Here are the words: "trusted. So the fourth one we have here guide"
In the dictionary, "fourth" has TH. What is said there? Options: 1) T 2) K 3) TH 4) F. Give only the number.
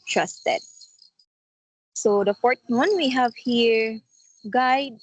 1